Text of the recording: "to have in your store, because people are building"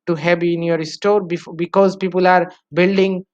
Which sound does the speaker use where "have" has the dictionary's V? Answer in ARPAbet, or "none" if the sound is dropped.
B